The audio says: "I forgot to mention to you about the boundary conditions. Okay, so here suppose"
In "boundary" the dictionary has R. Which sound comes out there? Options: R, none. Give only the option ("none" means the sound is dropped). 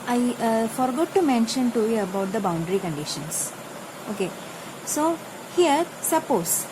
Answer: R